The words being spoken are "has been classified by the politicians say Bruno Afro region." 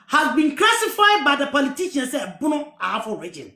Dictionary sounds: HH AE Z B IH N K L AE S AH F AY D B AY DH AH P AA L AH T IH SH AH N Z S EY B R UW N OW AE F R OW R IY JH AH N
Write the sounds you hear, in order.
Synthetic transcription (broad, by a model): HH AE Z B IH N K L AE S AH F AY D B AY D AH P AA L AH T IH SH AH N S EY B UW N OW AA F OW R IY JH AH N